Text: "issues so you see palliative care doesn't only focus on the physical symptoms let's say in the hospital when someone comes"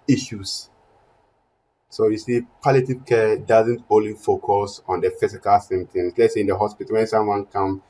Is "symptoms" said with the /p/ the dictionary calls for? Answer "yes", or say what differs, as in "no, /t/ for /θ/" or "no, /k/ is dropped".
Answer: no, /p/ is dropped